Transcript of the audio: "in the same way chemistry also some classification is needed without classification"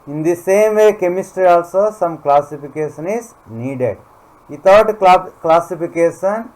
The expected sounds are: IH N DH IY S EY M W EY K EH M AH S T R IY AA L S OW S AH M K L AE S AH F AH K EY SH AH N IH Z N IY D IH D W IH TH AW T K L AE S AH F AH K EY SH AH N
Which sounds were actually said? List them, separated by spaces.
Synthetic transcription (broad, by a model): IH N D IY S EY M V EY K EH M AH S T R IY AA L S OW S AH M K L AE S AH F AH K EY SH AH N IH Z N IY D IH D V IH T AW T K L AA S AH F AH K EY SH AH N